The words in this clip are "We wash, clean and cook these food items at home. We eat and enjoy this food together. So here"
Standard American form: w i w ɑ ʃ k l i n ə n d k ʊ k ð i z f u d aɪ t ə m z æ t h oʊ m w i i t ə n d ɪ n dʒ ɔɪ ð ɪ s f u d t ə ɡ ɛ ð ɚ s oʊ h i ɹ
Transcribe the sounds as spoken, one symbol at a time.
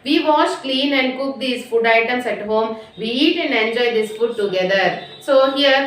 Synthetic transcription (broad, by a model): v i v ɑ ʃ k l i n ə n d k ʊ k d i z f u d aɪ t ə m s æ t h oʊ m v i i t ə n d ɪ n dʒ ɔɪ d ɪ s f u d t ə ɡ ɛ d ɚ s oʊ h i ɹ